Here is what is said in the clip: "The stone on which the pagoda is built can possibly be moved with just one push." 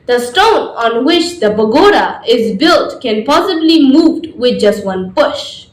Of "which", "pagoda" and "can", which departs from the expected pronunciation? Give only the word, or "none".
pagoda